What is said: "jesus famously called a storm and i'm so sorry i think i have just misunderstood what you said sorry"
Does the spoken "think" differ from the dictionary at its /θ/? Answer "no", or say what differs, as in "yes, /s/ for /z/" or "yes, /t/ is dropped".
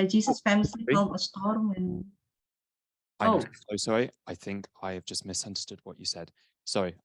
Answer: no